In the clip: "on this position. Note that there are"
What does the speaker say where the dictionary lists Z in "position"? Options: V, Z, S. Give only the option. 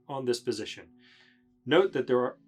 Z